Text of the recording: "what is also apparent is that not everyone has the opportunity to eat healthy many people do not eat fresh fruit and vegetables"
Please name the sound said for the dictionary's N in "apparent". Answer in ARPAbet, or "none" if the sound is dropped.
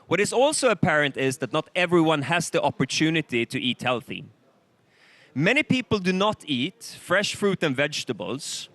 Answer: N